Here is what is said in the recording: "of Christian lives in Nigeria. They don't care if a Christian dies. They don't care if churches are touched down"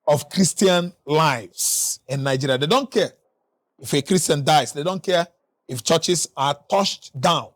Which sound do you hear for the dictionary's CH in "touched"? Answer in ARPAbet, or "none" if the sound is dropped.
SH